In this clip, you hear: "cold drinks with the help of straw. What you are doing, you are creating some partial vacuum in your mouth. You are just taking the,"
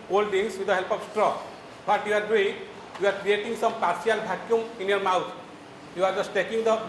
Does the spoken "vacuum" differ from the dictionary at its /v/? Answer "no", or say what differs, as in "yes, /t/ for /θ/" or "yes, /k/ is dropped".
yes, /b/ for /v/